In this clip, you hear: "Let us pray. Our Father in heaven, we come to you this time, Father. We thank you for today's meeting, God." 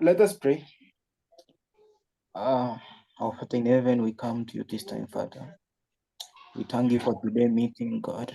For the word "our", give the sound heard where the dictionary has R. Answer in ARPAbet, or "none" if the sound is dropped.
W